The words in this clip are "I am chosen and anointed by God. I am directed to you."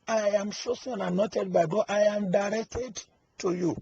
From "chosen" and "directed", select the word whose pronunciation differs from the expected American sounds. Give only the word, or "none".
chosen